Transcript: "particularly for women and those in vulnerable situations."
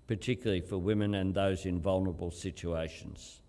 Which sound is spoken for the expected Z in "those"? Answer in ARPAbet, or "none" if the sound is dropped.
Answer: Z